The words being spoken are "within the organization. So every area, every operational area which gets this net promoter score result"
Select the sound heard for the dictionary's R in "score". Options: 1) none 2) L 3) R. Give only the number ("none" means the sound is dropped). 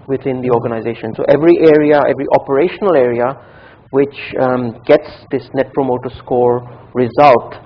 3